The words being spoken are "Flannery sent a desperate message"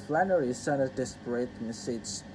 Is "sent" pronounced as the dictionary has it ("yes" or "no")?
no